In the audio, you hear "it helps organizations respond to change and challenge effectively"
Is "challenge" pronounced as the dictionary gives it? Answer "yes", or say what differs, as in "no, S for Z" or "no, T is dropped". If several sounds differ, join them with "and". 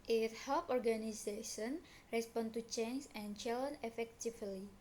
no, JH is dropped